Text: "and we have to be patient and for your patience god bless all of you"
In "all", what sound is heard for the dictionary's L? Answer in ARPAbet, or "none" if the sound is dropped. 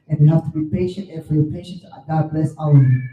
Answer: W